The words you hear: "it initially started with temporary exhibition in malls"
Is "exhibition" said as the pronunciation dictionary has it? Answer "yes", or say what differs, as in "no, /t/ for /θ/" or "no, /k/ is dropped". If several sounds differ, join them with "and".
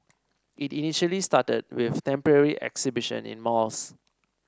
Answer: yes